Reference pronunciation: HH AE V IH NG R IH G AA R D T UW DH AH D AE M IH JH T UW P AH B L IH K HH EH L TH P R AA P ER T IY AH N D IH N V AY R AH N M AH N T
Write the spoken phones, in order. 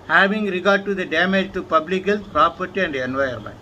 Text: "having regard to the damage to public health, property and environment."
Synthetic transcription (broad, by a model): HH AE V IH NG R IH G AA R D T UW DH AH D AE M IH JH T UW P AH B L IH K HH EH L S P R AA P ER T IY AH N D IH N V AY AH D M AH N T